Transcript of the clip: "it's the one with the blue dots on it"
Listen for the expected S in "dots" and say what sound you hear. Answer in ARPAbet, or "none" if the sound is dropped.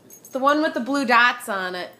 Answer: S